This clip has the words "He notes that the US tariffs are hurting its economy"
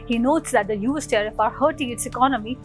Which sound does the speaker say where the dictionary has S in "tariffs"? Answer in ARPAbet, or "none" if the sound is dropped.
none